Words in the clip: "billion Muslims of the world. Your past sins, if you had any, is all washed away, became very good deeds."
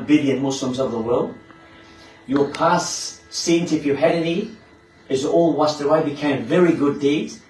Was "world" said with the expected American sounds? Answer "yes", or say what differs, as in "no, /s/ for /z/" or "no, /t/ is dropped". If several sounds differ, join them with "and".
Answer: yes